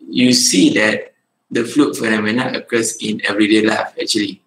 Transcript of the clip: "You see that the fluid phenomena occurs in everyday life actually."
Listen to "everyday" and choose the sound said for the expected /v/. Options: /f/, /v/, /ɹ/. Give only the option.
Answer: /v/